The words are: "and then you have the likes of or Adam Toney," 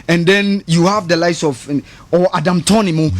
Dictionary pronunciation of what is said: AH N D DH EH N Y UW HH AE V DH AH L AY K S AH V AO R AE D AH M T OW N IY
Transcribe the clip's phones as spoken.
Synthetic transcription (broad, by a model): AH N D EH N Y UW HH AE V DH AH L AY S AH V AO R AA D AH M T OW N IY